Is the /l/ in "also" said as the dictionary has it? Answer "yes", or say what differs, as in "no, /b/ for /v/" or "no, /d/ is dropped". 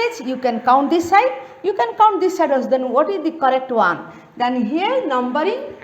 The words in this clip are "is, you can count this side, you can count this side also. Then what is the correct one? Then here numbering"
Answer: no, /l/ is dropped